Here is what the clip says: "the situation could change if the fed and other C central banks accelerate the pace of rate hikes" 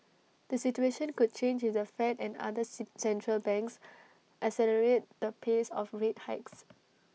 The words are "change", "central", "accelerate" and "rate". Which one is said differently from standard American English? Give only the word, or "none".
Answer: accelerate